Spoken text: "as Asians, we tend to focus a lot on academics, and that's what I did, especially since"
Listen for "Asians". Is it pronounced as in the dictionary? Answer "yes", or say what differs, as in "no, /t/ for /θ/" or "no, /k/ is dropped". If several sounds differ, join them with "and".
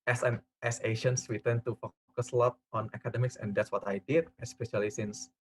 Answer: no, /ʃ/ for /ʒ/